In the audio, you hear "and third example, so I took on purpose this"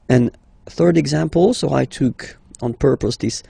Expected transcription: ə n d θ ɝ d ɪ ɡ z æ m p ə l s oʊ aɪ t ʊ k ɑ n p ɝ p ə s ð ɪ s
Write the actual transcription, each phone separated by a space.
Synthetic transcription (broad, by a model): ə n θ ɝ d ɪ ɡ z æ m p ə l s oʊ aɪ t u k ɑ n p ɝ p ə s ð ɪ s